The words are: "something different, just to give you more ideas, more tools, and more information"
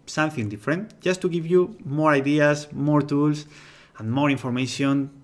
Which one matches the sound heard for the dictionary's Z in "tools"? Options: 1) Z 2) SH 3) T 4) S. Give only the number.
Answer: 4